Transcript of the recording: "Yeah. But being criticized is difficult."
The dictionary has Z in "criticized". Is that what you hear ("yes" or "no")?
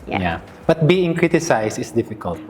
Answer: no